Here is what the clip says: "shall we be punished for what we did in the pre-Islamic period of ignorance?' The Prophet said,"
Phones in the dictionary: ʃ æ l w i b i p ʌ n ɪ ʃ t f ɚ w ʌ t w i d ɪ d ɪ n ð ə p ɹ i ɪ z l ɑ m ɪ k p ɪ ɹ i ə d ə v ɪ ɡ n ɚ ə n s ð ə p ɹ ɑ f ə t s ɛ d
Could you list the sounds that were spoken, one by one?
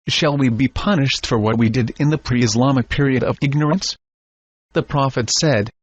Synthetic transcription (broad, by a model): ʃ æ l w i b i p ʌ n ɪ ʃ t f ɚ w ʌ t w i d ɪ d ɪ n ð ə p ɹ i ɪ z l ɑ m ɪ k p ɪ ɹ i ə d ə v ɪ ɡ n ɚ ə n s ð ə p ɹ ɑ f ə t s ɛ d